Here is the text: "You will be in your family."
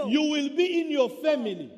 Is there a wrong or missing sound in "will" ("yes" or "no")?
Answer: no